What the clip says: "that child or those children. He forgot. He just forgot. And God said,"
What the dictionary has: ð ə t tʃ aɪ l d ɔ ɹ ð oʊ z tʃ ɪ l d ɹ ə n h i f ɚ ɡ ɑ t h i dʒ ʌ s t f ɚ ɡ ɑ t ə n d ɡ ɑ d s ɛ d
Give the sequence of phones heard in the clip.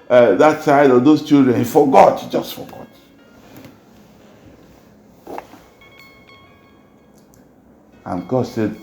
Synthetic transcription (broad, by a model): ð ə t s aɪ d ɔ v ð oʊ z tʃ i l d ɹ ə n h i f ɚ ɡ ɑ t dʒ ʌ s t f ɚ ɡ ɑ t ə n ɡ ɑ d s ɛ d